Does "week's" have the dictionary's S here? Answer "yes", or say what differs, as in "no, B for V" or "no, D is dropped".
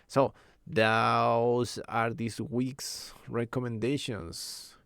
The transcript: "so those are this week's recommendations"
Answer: yes